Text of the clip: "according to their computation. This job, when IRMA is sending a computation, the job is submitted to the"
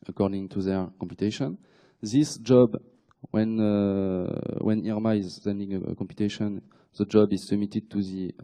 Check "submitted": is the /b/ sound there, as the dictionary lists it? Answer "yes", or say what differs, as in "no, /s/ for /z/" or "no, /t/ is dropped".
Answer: no, /b/ is dropped